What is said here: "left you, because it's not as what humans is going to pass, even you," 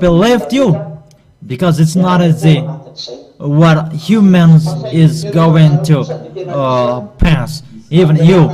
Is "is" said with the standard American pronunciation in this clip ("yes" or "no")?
yes